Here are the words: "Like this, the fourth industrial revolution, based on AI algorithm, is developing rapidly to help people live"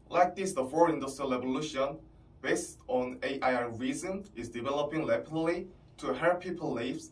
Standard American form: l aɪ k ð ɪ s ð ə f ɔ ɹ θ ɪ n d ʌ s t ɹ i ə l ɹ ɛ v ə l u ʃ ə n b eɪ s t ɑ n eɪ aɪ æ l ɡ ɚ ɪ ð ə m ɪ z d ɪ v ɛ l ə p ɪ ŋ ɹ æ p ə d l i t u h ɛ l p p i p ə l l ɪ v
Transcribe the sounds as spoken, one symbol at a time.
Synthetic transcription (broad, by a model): l aɪ k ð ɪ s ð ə f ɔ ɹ ɪ n d ʌ s t ɹ i ə l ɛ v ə l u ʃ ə n b eɪ s t ɑ n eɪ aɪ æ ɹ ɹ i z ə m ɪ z d ɪ v ɛ l ə p ɪ ŋ l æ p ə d l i t u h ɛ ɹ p p i p ə l l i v